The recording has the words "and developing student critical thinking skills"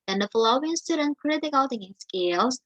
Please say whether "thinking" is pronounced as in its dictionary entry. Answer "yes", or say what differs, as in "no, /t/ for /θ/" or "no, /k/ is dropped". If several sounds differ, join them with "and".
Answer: no, /t/ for /θ/ and /k/ is dropped